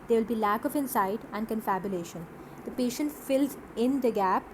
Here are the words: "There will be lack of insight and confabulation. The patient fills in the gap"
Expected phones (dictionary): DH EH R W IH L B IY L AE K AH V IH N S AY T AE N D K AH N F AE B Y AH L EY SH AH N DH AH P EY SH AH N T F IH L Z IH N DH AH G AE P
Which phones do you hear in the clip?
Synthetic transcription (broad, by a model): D EH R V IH L B IY L AE K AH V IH N S AY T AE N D K AH N F AE B Y AH L EY SH AH N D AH P EY SH AH N T F IH L Z IH N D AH G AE P